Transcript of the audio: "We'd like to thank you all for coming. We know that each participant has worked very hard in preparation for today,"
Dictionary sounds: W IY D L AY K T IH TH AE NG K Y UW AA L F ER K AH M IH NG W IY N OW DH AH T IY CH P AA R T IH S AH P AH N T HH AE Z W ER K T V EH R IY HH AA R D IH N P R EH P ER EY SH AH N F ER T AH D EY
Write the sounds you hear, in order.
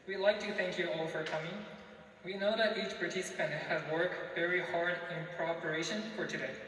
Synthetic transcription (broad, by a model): W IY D L AY K T IH TH AE NG K Y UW AA L F ER K AH M IH NG W IY N OW DH AH T IY CH P AA R T IH S AH P AH N T HH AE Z W ER K T V EH R IY HH AA R D IH N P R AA P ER EY SH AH N F ER T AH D EY